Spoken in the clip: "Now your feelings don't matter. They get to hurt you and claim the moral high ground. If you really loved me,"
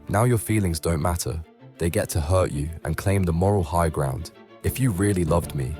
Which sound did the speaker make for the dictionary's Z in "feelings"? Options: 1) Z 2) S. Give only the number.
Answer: 1